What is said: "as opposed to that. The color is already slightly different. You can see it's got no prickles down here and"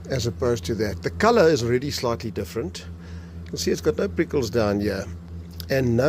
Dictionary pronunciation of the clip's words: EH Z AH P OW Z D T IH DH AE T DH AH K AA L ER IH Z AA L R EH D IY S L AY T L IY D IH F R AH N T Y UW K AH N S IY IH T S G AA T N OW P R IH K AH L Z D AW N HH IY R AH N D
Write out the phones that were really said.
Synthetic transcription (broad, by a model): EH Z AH P OW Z T IH DH AE T DH AH K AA L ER IH Z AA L R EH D IY S L AY T L IY D IH F R AH N T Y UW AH L S IY IH T S G AA T N OW P R IH K AH L Z D AW N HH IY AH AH N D